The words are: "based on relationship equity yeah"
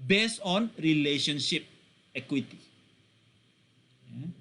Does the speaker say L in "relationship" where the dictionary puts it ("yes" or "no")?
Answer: yes